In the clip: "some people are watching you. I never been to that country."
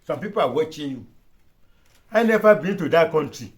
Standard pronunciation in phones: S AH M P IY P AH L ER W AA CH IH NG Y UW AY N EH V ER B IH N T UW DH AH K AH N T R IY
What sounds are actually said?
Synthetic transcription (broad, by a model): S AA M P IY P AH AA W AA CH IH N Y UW AY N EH F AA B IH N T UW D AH K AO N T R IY